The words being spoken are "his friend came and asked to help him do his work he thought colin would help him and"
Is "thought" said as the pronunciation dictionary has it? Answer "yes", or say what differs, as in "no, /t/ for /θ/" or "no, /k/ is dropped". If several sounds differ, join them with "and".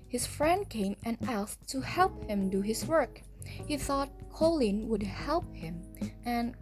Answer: yes